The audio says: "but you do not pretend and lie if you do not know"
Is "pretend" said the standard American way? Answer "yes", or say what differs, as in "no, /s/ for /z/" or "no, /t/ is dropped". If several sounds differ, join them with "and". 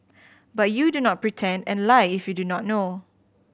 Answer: yes